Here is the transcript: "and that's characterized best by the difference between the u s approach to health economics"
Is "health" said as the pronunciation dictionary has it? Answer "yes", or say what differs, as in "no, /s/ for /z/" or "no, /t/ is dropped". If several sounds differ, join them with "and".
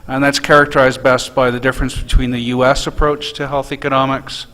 yes